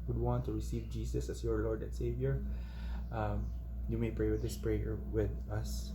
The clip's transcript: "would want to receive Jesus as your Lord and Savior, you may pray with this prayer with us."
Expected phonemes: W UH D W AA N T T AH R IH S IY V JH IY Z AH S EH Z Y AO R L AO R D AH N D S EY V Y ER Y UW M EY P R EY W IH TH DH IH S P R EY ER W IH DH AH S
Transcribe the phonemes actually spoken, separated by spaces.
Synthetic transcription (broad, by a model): W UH D W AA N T T AH R IH S IY V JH IY S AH S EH S Y AO R L AO R D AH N S EY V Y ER Y UW M EY P R EY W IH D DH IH S P R EY ER W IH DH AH S